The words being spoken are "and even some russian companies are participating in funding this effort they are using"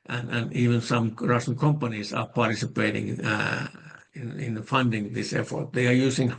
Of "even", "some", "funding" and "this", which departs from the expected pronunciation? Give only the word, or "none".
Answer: none